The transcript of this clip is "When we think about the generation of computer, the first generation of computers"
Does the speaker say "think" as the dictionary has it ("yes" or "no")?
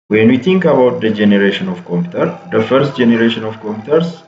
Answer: no